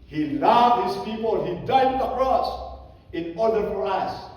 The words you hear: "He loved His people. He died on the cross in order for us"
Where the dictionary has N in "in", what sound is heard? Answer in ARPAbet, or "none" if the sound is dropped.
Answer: N